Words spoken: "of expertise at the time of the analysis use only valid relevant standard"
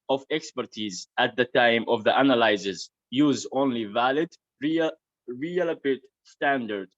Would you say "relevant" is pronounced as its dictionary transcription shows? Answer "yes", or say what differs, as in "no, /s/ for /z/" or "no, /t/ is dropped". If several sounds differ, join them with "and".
no, /p/ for /v/ and /n/ is dropped